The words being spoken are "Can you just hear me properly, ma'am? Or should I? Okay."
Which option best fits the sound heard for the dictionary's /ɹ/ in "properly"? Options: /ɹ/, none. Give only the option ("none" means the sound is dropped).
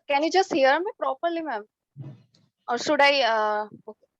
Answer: /ɹ/